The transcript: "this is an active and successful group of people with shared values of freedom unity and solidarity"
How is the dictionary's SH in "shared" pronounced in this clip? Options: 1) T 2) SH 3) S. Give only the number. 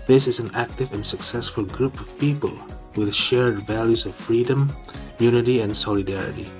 2